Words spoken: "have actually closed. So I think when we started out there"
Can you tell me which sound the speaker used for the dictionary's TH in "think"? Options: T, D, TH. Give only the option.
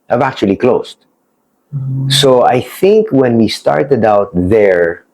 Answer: TH